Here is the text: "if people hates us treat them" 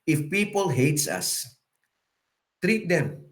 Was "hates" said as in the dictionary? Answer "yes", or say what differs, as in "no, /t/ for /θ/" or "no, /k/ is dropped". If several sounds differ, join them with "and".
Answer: yes